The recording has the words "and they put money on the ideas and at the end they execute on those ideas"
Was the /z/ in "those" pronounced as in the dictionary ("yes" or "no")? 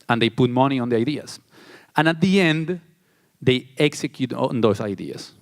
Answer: no